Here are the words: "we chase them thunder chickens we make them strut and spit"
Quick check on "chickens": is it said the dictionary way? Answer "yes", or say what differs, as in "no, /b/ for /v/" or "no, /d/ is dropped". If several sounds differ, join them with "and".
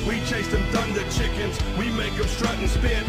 yes